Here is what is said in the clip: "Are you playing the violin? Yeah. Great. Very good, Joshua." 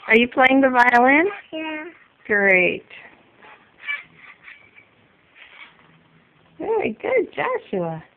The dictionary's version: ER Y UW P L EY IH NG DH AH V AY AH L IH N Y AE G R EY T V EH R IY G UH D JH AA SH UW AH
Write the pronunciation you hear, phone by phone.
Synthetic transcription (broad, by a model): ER Y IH P L EY IH NG DH AH V AY AH L IH N Y AE G R EY T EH IY G UH D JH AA SH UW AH